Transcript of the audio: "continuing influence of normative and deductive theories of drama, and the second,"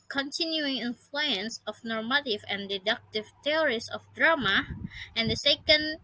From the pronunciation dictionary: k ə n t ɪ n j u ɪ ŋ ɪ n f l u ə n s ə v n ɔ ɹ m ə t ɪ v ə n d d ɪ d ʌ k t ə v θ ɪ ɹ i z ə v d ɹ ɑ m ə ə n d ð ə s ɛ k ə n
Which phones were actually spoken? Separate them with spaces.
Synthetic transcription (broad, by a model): k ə n t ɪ n j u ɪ ŋ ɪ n f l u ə n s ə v n ɔ ɹ m ə t ɪ v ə n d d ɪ d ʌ k t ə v t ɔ ɹ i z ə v d ɹ ɑ m ə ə n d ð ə s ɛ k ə n